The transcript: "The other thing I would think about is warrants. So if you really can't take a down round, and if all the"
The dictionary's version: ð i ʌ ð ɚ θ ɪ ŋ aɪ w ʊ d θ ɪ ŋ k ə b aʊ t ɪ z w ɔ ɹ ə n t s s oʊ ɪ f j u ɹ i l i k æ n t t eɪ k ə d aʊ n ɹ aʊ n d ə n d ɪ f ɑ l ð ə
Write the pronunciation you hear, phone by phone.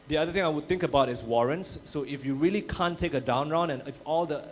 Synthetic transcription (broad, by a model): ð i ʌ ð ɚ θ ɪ ŋ aɪ w ʊ d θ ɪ ŋ k ə b aʊ t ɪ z w ɔ ɹ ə n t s s oʊ ɪ f j u ɹ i l i k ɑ n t t eɪ k ə d aʊ n ɹ aʊ n ə n ɪ f ɑ l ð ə